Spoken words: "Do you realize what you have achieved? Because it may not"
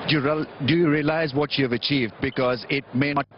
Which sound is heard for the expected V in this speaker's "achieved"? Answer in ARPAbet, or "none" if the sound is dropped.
V